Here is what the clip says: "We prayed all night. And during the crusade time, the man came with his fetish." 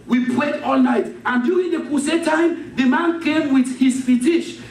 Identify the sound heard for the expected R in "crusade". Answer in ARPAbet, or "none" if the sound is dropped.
none